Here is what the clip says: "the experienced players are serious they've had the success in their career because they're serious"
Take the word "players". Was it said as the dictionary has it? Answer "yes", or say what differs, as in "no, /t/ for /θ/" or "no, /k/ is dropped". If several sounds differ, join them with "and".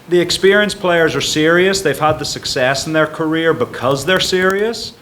yes